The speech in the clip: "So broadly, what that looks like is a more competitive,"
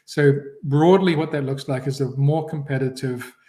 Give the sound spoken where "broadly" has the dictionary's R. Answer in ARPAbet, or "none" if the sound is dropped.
R